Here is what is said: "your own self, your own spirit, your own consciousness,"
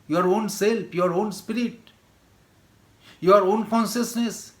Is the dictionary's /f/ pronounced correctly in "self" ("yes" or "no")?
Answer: no